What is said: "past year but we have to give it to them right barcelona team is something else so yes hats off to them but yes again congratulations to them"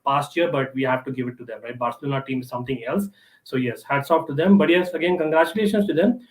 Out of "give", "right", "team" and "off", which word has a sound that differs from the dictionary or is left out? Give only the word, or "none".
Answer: off